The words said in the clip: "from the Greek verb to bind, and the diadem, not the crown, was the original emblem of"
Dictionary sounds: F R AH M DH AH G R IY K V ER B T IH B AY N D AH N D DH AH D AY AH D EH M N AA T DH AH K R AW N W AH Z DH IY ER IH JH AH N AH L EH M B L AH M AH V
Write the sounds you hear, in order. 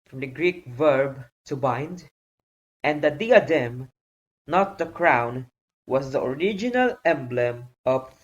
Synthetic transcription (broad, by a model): F R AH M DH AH G R IY K V ER B T IH B AY N D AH N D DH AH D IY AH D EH M N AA T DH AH K R AW N W AH Z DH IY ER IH JH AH N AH L EH M B L AH M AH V